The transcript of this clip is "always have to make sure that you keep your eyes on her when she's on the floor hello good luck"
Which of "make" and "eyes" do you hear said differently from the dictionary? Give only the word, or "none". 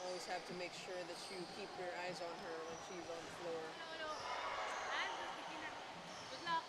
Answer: none